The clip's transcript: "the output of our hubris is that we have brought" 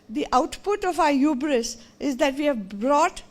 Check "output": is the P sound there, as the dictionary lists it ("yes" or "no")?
yes